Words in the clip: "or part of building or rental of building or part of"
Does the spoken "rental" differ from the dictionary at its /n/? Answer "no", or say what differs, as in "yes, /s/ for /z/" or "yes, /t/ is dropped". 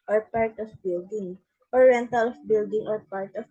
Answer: no